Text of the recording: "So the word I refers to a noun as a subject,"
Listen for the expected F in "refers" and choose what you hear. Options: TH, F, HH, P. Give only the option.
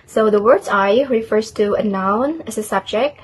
F